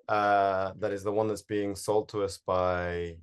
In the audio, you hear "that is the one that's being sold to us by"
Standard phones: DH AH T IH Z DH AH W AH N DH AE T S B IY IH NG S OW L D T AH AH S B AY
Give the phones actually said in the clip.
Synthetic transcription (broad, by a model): DH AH T IH Z DH AH W AH N DH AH T S B IY IH NG S OW L D T AH AH S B AY